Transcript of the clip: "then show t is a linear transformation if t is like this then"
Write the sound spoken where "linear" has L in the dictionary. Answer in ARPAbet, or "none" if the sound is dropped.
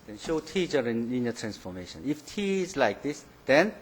N